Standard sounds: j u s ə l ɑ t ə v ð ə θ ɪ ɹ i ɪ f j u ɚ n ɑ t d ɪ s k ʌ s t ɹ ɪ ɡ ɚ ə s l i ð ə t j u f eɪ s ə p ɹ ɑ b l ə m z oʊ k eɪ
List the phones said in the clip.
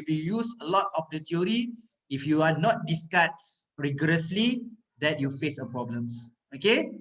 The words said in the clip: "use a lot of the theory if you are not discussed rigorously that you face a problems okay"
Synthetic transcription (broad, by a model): j u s ə l ɑ t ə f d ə t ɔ ɹ i ɪ f j u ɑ n ɑ t d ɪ s k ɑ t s ɹ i ɡ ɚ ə s l i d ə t j u f eɪ s ə p ɹ ɑ b l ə m s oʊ k eɪ